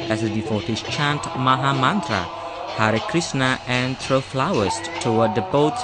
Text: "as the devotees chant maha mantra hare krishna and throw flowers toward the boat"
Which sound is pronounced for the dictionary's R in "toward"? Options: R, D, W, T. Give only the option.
W